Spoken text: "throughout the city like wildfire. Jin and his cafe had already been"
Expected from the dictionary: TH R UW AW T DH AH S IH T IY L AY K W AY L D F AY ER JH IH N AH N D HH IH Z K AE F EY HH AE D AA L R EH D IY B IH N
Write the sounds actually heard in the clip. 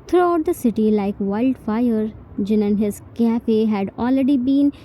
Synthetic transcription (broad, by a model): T R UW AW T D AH S IH T IY L AY K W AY L D F AY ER JH IH N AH N HH IH Z K AE F EY HH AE D AA L R EH D IY B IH N